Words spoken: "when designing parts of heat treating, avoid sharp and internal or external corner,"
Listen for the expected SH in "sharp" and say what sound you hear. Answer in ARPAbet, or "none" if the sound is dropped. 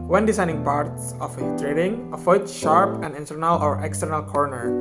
SH